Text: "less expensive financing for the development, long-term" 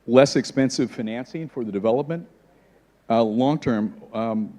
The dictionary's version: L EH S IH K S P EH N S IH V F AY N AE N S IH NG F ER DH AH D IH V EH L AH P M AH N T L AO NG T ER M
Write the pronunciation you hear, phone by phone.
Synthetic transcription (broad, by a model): L EH S IH K S P EH N S IH V F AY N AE N S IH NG F ER DH AH D IH V EH L AH P M AH N T L AO NG T ER M